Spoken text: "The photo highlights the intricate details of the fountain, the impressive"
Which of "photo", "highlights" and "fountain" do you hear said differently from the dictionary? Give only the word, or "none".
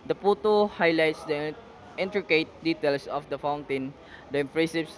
photo